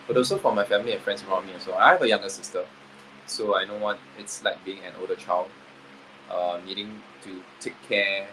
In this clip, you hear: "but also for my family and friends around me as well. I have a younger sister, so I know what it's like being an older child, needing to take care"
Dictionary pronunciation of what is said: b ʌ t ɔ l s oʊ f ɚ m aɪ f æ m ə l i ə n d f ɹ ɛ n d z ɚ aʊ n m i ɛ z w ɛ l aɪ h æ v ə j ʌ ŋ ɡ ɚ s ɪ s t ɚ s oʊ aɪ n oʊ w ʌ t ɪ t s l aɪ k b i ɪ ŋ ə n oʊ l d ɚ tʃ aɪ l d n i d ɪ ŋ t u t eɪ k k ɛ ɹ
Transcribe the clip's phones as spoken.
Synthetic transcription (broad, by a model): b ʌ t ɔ s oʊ f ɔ m aɪ f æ m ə l i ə n f ɹ ɛ n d s ɚ aʊ n m i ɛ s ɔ aɪ h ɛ v ə j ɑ ŋ ɡ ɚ s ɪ s t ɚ s oʊ aɪ n oʊ w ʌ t ɪ t s l aɪ k b i ɪ ŋ ə n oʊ l d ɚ tʃ aɪ l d n i d ɪ ŋ t u t eɪ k k ɛ